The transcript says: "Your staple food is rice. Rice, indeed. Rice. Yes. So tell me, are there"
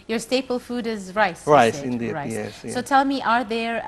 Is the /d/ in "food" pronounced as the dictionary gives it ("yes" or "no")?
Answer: yes